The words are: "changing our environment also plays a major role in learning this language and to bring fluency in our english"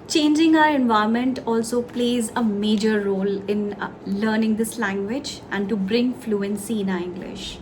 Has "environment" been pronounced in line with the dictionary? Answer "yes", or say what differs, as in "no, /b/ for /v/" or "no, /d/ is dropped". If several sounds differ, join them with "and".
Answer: no, /ɹ/ is dropped and /n/ is dropped